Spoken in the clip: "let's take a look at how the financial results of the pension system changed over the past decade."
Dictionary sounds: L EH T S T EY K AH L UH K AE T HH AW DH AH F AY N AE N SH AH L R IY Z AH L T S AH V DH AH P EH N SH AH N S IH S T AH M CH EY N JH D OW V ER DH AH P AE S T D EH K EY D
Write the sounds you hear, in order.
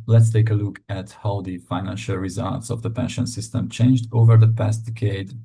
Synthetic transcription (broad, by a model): L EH T S T EY K AH L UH K AE T HH AW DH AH F AY N AE N SH AH L R IY Z AH L T S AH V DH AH P EH N SH AH N S IH S T AH M CH EY N JH D OW V ER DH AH P AE S T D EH K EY D